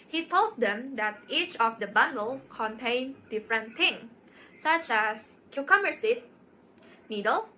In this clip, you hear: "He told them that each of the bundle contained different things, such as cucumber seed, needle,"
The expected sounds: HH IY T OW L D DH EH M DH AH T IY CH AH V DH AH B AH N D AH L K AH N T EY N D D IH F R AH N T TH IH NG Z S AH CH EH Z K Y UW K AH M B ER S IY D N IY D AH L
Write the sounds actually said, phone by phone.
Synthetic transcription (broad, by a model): HH IY T OW L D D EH M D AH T IY CH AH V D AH B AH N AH L K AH N T EY N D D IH F R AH N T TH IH NG S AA CH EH S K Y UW K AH M ER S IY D N IY D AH L